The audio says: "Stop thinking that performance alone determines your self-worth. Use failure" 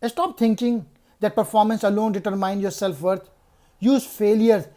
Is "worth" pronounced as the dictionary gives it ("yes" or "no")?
no